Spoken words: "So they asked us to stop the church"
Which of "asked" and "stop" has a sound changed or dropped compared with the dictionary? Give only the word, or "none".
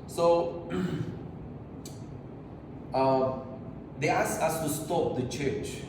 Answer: asked